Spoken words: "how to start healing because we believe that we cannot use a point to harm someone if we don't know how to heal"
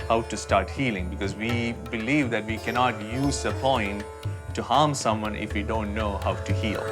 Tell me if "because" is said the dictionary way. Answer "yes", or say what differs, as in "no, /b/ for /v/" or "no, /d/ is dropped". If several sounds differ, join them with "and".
yes